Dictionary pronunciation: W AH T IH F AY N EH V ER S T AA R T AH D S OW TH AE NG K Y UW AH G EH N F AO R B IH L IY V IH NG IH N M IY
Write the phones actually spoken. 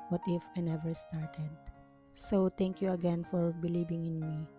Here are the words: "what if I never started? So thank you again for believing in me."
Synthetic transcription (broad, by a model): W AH T IH F AY N EH V ER S T AA R T AH D S OW T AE NG K Y UW AH G EH N F AO R B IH L IY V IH NG IH N M IY